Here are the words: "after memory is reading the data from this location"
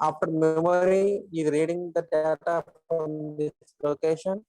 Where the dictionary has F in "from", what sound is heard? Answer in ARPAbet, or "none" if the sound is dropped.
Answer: P